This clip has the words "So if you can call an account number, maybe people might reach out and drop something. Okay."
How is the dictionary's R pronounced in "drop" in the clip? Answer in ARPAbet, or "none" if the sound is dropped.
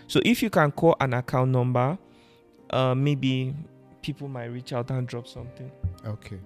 R